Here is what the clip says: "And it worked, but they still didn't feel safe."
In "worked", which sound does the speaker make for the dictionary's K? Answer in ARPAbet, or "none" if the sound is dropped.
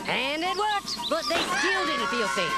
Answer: none